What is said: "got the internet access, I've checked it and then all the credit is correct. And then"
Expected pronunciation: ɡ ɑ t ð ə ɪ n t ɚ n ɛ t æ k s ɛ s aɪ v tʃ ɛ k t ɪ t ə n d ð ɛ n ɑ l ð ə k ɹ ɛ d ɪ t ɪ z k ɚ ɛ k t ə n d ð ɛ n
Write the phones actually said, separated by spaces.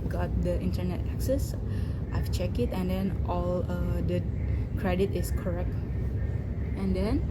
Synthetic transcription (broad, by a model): ɡ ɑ t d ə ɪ n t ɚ n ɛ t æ k s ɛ s aɪ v tʃ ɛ k ɪ t ə n d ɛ n ɑ l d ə k ɹ ɛ d ɪ t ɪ s k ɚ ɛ k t ə n d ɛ n